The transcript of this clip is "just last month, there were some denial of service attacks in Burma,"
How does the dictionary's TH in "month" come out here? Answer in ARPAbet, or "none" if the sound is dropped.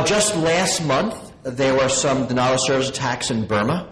TH